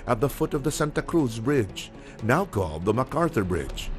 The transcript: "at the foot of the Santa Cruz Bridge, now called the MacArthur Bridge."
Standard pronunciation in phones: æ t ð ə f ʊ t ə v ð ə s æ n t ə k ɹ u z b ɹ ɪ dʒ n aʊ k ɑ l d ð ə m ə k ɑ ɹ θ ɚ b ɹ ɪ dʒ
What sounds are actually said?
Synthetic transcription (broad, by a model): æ t ð ə f ʊ t ə v ð ə s æ n t ə k ɹ u z b ɹ ɪ dʒ n aʊ k ɑ l d ð ə m ə k ɑ ɹ θ ɚ b ɹ ɪ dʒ